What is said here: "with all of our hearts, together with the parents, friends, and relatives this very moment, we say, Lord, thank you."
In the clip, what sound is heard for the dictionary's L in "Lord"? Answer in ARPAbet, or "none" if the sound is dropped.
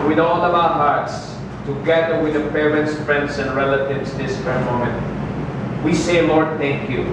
L